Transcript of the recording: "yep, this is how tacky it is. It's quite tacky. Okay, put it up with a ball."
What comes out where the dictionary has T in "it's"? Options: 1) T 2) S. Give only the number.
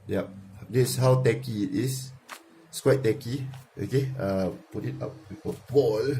2